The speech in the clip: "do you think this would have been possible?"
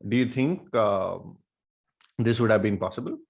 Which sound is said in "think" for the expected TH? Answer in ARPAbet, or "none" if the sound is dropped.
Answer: T